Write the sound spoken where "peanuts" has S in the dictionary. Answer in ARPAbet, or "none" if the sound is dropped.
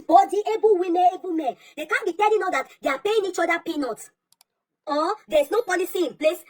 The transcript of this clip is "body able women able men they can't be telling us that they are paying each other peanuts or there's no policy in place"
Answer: none